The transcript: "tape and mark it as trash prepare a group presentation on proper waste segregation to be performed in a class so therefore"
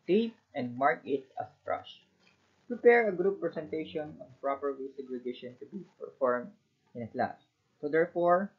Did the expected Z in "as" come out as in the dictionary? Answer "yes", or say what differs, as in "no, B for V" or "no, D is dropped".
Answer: no, S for Z